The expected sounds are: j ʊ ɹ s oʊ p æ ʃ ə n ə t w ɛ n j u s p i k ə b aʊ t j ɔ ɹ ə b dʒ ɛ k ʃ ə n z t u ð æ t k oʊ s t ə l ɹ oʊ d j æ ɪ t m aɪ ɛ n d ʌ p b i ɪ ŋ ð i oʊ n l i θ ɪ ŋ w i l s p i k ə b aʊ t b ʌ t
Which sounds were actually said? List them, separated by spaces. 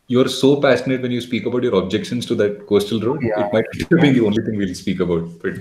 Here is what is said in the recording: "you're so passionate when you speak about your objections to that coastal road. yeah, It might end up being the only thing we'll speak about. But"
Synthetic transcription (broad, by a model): j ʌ ɹ s oʊ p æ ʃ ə n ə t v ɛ n j u s p i k ə b aʊ t j ɔ ɹ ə b dʒ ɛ k ʃ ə n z t u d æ t k oʊ s t ə l ɹ oʊ d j ɪ t m aɪ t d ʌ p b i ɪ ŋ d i oʊ n l i t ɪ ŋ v i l s p i k ə b aʊ t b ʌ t